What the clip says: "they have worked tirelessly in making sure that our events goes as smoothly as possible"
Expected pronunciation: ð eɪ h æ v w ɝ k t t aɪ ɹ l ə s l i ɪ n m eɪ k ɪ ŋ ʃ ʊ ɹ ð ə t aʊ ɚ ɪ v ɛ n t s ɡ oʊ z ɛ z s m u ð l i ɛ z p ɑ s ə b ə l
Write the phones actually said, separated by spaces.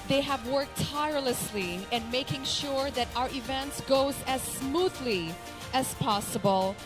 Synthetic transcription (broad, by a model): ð eɪ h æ v w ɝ k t t aɪ ɹ l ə s l i ɪ n m eɪ k ɪ ŋ ʃ ʊ ɹ ð ə t aʊ ɚ ɪ v ɛ n t s ɡ oʊ z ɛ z s m u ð l i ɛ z p ɑ s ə b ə l